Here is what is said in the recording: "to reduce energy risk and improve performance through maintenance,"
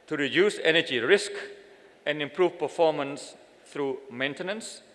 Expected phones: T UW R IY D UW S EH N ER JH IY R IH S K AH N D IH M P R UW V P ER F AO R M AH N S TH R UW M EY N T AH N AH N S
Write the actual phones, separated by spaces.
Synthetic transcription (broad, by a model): T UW R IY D UW S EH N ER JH IY R IH S K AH N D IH M P R UW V P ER F AO M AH N S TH R UW M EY N T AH N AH N S